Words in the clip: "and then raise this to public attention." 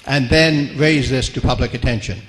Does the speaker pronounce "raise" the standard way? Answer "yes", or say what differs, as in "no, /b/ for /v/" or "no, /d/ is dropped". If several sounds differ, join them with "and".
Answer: yes